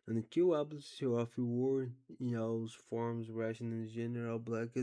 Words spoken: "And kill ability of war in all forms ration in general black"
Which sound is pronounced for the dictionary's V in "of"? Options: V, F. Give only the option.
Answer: F